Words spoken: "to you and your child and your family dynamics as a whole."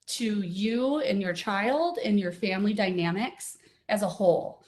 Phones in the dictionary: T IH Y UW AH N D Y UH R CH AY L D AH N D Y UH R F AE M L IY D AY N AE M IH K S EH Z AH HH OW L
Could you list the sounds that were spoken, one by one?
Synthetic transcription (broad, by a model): T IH Y UW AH N Y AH R CH AY L D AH N Y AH R F AE M L IY D AY N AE M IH K S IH Z AH HH OW L